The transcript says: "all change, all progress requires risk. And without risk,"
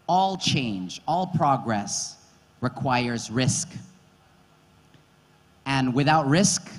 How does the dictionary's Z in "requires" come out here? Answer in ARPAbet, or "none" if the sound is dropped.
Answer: Z